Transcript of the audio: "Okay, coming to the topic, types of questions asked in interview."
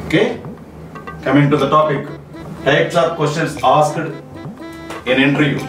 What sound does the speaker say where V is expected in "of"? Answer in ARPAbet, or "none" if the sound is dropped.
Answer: P